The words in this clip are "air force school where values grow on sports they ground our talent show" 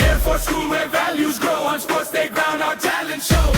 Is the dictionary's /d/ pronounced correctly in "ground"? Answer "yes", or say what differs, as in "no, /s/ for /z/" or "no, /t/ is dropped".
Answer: no, /d/ is dropped